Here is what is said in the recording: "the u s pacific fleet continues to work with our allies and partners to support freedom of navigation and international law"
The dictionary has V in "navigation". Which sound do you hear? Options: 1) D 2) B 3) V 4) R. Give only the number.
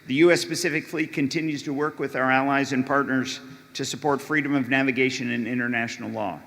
3